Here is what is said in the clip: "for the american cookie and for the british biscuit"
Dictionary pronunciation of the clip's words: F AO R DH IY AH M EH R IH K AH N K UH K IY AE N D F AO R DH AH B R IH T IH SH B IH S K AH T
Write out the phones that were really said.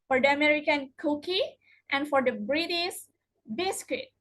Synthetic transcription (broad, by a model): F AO R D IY AH M EH R IH K AH N K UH K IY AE N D F AO R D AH B R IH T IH S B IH S K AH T